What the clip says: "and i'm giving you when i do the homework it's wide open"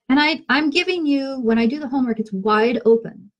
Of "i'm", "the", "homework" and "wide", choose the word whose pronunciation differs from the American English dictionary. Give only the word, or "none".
none